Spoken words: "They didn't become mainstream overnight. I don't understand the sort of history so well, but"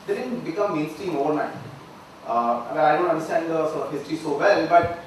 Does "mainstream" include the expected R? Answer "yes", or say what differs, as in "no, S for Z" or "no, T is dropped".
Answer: no, R is dropped